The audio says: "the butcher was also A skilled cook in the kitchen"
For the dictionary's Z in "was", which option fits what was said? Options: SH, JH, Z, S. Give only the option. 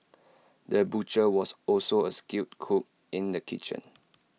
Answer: S